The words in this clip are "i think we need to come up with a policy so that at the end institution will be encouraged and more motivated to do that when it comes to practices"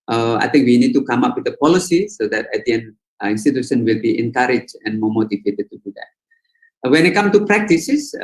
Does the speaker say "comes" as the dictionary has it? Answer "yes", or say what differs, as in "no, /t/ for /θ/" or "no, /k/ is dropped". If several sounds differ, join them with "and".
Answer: no, /z/ is dropped